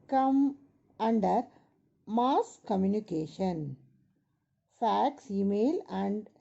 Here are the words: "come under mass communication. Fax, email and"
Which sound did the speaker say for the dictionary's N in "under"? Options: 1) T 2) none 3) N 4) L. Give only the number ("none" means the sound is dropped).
3